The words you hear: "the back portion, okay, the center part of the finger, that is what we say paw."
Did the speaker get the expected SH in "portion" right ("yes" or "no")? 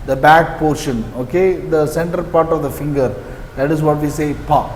yes